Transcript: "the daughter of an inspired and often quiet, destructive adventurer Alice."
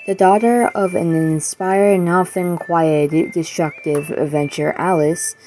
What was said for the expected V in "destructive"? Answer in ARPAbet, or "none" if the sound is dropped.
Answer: V